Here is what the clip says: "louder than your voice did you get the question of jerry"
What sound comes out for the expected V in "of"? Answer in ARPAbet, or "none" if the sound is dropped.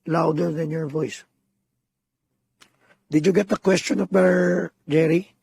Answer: P